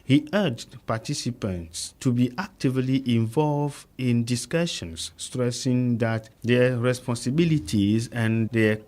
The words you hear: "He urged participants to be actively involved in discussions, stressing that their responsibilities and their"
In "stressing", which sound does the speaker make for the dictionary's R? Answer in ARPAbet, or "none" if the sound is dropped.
R